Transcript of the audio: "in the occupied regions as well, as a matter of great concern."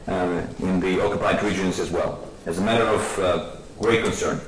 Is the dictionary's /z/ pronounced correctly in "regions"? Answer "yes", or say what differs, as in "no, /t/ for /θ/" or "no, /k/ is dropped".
yes